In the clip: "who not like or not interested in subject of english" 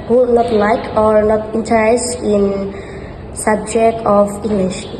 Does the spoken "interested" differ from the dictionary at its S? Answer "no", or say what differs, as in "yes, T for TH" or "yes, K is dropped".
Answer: yes, S is dropped